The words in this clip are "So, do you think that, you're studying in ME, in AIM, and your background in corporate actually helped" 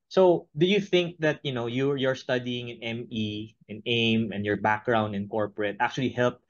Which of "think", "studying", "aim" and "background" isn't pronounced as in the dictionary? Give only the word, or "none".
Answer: none